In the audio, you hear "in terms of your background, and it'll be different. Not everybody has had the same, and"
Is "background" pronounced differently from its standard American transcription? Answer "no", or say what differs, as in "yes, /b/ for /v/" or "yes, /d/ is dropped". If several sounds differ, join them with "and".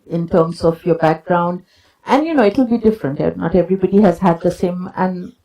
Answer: no